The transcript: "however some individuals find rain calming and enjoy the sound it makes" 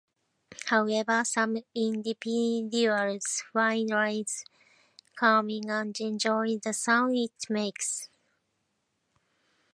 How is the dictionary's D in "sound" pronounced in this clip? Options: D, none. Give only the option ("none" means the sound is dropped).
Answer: none